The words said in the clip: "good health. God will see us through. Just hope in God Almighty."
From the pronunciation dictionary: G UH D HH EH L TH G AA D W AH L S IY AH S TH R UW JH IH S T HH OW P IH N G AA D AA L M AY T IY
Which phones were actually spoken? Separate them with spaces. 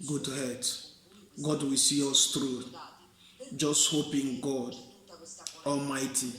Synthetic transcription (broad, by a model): G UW D HH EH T G AA D W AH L S IY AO S T R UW JH IH S T HH OW P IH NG G AA D AA L M AY T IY